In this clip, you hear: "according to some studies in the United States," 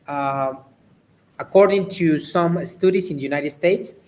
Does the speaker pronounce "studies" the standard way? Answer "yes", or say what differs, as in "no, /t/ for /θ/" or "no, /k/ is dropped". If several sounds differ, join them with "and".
no, /s/ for /z/